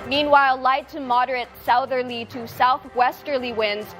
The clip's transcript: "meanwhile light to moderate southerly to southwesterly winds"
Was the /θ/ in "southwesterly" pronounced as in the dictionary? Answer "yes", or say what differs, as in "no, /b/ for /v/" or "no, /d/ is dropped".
yes